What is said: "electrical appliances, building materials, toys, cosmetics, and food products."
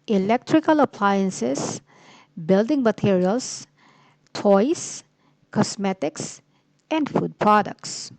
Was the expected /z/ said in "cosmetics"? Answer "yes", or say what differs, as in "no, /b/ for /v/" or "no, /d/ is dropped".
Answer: no, /s/ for /z/